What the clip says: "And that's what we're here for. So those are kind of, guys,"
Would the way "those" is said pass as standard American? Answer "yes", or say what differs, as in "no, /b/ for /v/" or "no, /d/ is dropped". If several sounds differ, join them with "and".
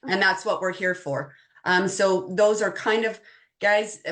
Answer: yes